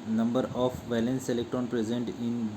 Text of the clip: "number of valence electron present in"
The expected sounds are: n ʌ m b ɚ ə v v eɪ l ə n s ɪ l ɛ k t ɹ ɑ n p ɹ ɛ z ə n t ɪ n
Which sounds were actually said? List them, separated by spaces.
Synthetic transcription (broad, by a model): n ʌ m b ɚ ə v v eɪ l ə n s ɪ l ɛ k t ɹ ɑ n p ɹ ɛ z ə n t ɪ n